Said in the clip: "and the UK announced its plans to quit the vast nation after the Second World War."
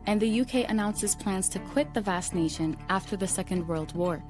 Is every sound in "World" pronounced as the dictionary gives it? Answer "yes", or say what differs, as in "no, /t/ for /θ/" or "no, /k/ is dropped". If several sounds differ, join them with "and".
yes